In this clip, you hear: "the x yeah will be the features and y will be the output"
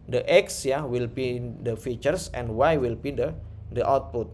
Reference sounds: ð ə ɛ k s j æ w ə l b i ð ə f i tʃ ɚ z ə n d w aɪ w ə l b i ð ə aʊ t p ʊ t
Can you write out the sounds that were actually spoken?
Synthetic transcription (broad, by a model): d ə ɛ k s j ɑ w ə l b i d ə f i tʃ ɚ s ə n d w aɪ w ə l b i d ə aʊ t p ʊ t